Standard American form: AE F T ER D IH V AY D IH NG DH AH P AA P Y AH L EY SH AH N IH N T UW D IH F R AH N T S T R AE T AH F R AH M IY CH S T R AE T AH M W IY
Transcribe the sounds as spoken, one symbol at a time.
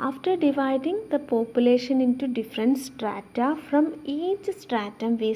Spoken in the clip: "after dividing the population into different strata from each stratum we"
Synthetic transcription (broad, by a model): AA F T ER D IH V AY D IH NG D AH P AA P Y AH L EY SH AH N IH N T UW D IH F R AH N T S T R AE T AH F R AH M IY CH S T R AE T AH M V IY